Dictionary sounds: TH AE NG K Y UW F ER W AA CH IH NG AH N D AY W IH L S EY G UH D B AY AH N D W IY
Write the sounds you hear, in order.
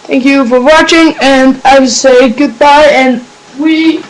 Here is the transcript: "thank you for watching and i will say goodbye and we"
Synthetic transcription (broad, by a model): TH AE NG K Y UW F ER W AA CH IH NG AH N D AY W IH L S EY G UH D B AY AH N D W IY